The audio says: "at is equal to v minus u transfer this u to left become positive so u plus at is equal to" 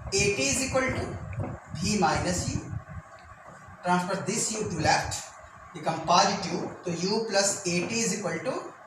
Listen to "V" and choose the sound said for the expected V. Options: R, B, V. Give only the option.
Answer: B